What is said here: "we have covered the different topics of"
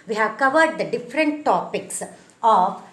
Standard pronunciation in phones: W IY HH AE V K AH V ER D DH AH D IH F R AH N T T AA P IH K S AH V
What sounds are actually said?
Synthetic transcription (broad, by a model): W IY HH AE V K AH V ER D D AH D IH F R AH N T T AA P IH K S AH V